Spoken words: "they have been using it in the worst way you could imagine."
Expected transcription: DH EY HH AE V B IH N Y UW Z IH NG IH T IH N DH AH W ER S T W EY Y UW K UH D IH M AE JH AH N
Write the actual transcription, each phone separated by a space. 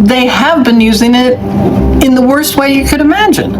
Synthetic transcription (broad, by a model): DH EY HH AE V B IH N Y UW Z IH NG IH T IH N DH AH W ER S T W EY Y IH K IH D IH M AE JH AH N